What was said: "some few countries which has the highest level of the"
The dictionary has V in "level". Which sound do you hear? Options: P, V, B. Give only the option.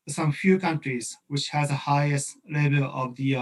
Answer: B